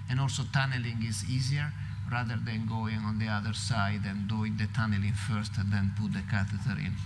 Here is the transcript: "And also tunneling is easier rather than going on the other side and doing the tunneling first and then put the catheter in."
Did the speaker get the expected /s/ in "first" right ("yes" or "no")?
yes